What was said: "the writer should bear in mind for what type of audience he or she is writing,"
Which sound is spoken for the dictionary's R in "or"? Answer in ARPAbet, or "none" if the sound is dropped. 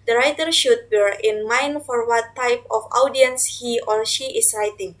L